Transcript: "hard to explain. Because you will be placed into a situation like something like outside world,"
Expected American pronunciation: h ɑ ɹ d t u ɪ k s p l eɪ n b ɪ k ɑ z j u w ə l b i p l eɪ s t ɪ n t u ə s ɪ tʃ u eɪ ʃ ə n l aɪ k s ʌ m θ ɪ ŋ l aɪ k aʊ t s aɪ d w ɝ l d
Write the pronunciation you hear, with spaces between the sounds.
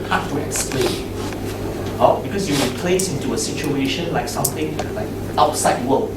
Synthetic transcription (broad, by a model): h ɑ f t u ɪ k s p l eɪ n b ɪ k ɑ s j u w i p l eɪ s ɪ n t u ə s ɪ tʃ u eɪ ʃ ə n l aɪ k s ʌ m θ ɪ ŋ l aɪ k aʊ t s aɪ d w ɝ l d